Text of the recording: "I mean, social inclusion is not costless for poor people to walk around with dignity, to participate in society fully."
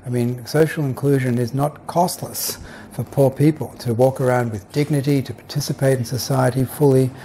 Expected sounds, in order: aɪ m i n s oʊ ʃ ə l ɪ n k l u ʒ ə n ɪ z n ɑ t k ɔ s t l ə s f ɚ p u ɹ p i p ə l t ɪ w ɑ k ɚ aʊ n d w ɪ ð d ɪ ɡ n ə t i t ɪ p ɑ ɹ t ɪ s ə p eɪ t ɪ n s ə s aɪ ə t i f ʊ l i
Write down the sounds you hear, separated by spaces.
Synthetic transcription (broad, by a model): aɪ m i n s oʊ ʃ l ɪ n k l u ʒ ə n ɪ z n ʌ t k ɔ s t l ə s f ɚ p u ɹ p i p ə l t ɪ w ɑ k ɚ aʊ n d w ɪ ð d ɪ ɡ n ə t i t ɪ p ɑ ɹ t ɪ s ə p eɪ t n s ə s aɪ ə t i f ʊ l i